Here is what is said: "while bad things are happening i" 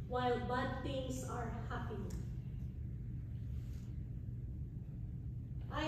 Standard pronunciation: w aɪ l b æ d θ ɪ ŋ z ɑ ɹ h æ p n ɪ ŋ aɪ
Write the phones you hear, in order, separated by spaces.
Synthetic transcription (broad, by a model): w aɪ l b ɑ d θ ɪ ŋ s ɑ ɹ h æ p ɪ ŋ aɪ